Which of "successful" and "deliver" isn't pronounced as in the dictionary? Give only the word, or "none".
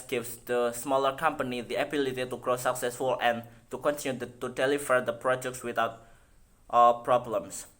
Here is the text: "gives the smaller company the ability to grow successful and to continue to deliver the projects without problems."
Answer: deliver